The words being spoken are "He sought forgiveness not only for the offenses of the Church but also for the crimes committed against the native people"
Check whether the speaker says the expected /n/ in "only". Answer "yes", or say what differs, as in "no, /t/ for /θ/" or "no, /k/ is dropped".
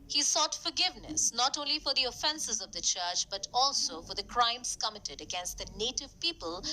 yes